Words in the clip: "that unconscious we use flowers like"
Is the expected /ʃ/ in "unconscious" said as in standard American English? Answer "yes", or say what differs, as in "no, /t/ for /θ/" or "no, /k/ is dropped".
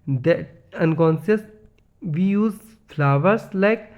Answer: no, /s/ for /ʃ/